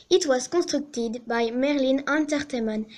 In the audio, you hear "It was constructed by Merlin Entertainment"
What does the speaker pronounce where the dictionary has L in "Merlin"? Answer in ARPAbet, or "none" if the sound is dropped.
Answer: L